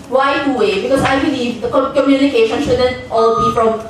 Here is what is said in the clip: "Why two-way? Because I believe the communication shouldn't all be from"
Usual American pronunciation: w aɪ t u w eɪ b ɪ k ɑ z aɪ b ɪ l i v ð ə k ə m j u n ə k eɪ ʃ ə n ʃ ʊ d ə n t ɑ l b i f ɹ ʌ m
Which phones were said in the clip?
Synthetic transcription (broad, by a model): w aɪ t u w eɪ b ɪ k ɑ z aɪ b ɪ l i v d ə k ə m j u n ə k eɪ ʃ ə n ʃ ʊ d ə n t ɑ l b i f ɹ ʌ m